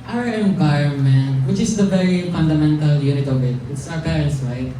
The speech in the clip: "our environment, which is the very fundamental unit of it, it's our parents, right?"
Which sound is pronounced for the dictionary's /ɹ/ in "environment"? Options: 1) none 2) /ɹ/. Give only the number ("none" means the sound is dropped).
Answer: 1